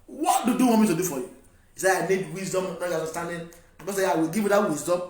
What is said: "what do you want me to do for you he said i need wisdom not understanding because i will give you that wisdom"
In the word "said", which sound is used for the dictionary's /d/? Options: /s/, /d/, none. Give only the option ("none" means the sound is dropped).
none